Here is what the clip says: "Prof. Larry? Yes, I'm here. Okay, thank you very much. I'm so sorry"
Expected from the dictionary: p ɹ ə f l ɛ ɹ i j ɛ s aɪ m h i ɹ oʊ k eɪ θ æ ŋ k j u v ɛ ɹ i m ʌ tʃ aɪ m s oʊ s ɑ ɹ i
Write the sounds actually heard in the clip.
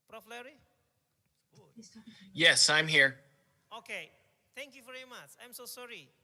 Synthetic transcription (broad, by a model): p ɹ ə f l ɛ ɹ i j ɛ s aɪ m h i ɹ oʊ k eɪ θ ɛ ŋ k j u v ɛ ɹ i m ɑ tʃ aɪ m s oʊ s ɑ ɹ i